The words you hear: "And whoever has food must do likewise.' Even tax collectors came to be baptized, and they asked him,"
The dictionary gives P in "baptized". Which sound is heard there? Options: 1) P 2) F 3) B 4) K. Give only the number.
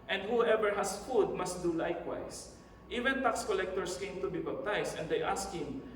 3